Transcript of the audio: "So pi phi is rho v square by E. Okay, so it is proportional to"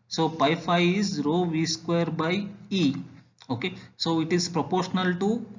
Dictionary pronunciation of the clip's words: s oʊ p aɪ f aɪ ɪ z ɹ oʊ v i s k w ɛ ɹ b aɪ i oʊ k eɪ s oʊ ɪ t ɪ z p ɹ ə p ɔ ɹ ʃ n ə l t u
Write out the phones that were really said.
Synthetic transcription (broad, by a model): s oʊ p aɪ f aɪ ɪ z ɹ oʊ v i s k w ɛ ɹ b aɪ i oʊ k eɪ s oʊ ɪ t ɪ z p ɹ ə p ɔ ɹ ʃ n ə l t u